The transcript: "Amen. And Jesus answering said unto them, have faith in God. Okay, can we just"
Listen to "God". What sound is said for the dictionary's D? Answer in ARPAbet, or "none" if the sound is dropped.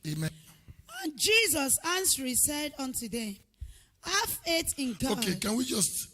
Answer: none